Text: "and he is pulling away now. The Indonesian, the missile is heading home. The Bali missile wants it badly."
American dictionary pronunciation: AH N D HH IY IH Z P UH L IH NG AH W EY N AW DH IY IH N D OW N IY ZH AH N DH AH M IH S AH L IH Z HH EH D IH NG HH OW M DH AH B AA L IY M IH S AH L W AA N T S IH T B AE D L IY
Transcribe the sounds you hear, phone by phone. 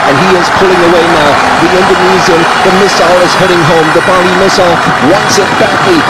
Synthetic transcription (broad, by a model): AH N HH IY IH Z P UH L IH NG AH W EY N AW DH IY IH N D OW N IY Z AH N DH AH M IH S AH L IH Z HH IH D IH NG HH OW M DH AH B AA L IY M IH S AH L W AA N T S IH T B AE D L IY